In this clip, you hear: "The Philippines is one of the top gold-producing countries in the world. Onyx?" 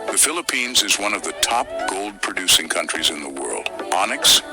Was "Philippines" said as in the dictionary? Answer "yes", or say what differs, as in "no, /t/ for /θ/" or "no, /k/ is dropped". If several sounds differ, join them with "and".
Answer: yes